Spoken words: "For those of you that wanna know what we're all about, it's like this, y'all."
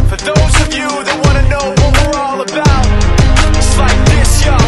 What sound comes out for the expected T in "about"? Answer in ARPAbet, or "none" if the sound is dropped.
none